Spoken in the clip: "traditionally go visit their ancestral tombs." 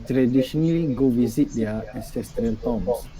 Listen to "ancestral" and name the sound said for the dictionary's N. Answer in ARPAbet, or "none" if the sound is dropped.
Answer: none